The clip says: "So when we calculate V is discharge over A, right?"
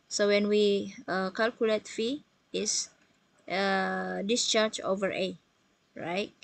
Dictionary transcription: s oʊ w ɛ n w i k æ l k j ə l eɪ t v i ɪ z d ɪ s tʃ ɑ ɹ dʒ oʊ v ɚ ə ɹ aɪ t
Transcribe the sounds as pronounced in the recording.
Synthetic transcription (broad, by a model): s oʊ w ɛ n w i k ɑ l k j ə l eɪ t f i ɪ s d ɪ s tʃ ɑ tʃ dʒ oʊ v ɚ ə ɹ aɪ t